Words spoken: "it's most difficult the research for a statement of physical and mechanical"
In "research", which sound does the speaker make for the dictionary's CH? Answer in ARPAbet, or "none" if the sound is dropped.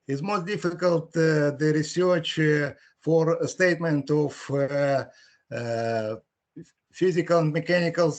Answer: CH